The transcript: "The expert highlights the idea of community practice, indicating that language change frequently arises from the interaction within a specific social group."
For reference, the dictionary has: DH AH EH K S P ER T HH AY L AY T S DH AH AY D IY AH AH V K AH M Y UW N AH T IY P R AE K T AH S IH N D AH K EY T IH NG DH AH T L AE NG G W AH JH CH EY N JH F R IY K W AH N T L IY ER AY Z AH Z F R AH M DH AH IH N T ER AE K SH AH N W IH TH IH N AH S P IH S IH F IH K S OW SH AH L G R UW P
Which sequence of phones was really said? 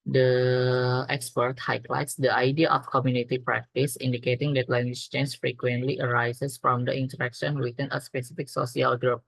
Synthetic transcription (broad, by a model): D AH EH K S P ER T HH AY L AY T S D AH AY D IY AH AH F K AH M Y UW N AH T IY P R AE K T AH S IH N D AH K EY T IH NG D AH T L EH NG G W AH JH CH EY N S F R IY K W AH N T L IY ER AY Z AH S F R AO M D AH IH N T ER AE K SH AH N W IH T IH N AH S P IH S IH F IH K S OW S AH L G R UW P